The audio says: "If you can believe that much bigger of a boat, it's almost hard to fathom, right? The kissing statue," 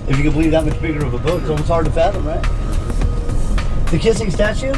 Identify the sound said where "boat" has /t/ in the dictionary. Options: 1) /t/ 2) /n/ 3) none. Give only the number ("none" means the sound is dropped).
3